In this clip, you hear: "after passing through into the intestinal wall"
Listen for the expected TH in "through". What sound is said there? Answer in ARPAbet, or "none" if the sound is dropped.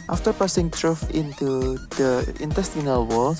T